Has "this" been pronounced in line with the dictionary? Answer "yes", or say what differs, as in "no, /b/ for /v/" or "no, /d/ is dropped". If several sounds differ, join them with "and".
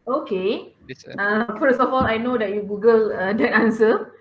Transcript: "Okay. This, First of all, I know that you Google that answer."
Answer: no, /s/ is dropped